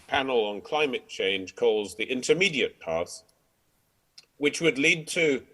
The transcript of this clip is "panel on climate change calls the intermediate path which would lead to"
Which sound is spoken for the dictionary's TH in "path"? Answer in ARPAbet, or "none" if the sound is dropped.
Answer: S